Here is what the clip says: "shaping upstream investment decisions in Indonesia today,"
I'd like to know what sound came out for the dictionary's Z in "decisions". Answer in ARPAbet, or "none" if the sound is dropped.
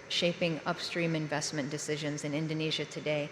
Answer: Z